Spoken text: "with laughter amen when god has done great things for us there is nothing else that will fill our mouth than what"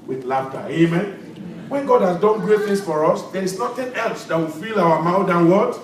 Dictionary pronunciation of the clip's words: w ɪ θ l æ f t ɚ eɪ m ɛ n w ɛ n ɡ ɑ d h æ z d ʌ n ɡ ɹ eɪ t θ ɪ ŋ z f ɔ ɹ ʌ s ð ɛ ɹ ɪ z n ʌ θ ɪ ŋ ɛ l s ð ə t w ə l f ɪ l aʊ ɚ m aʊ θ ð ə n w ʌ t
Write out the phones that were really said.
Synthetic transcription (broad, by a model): w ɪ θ l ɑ f t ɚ eɪ m ɛ n w ɛ n ɡ ɑ d h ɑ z d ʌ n ɡ ɹ eɪ t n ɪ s f ɔ ɹ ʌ s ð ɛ ɹ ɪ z n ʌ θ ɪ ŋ ɛ l s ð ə t w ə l f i l aʊ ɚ m aʊ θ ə n w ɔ t